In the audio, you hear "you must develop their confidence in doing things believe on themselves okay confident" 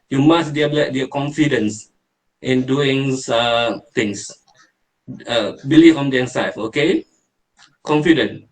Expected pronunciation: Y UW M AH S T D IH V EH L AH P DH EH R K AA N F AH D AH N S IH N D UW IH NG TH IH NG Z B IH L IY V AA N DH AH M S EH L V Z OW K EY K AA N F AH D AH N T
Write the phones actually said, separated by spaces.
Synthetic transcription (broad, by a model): Y UW M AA S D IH EH L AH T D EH K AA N F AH D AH N S IH N D UW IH NG T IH NG S B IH L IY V AA N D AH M S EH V OW K EY K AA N F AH D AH N